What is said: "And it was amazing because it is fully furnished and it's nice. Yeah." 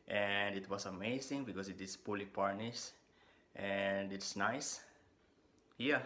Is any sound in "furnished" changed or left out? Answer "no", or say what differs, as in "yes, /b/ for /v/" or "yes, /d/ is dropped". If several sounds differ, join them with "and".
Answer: yes, /p/ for /f/